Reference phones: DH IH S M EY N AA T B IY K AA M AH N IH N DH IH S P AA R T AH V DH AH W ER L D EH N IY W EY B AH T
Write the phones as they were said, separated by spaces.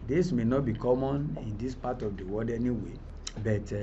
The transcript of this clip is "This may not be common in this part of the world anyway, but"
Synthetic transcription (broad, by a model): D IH S M EY N AA T B IY K AA M AH N IH N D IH S P AA T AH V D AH W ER D EH N IY W EY B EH T